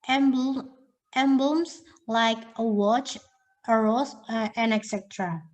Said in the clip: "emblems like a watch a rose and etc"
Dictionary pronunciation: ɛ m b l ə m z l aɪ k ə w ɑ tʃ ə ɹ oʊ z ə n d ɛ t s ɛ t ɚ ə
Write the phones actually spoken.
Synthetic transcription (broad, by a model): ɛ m b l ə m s l aɪ k ə w ɑ tʃ ə ɹ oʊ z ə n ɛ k s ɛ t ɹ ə